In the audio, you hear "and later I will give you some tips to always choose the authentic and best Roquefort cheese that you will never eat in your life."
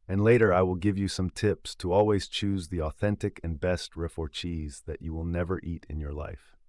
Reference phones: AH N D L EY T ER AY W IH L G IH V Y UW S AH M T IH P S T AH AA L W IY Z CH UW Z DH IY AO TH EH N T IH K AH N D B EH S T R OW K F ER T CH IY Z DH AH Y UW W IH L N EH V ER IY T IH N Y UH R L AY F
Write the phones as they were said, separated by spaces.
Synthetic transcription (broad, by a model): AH N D L EY T ER AY W IH L G IH V Y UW S AH M T IH P S T AH AA L W IY Z CH UW Z DH IY AO TH EH N T IH K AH N B EH S T R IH F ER CH IY Z DH AH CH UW W IH L N EH V ER IY T IH N Y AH R L AY F